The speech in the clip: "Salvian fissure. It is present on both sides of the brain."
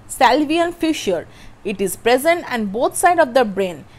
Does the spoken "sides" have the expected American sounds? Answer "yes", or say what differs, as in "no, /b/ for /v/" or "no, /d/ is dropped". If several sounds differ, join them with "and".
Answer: no, /z/ is dropped